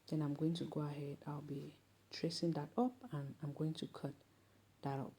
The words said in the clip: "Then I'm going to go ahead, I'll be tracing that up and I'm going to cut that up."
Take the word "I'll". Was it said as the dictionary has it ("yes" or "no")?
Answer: no